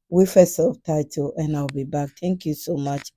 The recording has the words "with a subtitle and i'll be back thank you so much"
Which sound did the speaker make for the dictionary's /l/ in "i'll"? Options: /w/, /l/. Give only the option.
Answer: /w/